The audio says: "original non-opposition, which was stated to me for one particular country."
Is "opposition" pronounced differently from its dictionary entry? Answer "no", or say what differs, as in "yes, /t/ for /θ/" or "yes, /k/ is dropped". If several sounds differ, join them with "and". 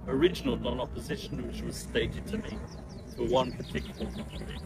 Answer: no